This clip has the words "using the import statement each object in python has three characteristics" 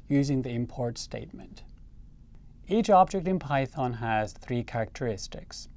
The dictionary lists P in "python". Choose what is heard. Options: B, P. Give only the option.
P